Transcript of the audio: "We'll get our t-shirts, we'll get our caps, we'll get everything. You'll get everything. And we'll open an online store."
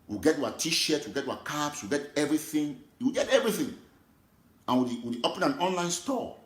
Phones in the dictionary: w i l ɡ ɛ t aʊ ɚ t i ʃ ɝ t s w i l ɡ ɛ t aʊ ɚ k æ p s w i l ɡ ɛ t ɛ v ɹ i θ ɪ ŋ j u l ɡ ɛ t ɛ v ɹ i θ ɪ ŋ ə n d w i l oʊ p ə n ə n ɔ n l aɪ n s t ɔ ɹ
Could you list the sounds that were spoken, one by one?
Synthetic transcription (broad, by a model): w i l ɡ ɛ t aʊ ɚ t i ʃ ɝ t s w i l ɡ ɛ t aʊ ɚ k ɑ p s w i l ɡ ɛ t ɛ v ɹ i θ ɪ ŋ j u w ɡ ɛ t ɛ v ɹ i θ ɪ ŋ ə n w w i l oʊ p ə n ə n ɔ n l aɪ n s t ɔ